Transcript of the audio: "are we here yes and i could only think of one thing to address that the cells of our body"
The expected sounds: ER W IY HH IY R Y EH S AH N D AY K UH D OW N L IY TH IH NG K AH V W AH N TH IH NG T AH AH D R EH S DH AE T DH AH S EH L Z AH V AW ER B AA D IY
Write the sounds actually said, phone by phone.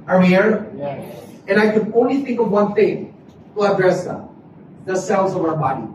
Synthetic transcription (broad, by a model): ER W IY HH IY R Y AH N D AY K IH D OW N L IY TH IH NG K AH V W AH N TH IH NG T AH AH D R EH S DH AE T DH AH S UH N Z AH V AW ER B AA D IY